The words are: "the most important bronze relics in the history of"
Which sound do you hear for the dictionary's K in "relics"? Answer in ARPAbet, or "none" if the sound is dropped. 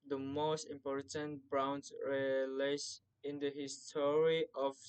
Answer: none